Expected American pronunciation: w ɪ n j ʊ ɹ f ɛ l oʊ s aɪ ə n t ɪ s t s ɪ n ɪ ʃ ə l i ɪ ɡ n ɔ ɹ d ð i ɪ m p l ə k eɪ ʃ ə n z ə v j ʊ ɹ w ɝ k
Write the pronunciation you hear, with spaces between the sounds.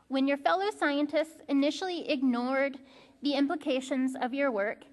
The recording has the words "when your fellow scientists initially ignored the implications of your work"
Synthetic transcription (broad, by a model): w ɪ n j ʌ ɹ f ɛ l oʊ s aɪ ə n t ɪ s t s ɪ n ɪ ʃ l i ɪ ɡ n ɔ ɹ d ð i ɪ m p l ə k eɪ ʃ ə n z ə v j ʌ ɹ w ɝ k